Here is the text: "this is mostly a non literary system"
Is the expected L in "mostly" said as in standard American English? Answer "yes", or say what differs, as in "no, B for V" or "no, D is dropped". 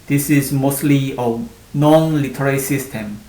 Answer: yes